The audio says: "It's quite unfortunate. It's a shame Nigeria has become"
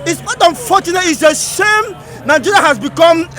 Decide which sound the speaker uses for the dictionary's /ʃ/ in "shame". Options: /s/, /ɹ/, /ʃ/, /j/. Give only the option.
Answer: /s/